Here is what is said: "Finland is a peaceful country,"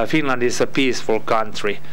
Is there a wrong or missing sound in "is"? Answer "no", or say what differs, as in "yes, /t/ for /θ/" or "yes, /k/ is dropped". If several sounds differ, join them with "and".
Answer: yes, /s/ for /z/